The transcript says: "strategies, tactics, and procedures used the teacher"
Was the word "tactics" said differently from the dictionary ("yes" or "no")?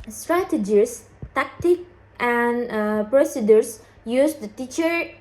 yes